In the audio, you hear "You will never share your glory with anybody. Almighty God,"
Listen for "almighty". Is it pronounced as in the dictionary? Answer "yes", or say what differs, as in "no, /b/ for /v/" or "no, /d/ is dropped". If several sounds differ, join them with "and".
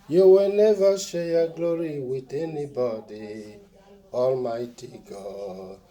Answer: yes